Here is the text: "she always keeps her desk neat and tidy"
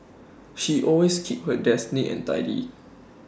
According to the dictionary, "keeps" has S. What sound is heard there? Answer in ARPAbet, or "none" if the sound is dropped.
none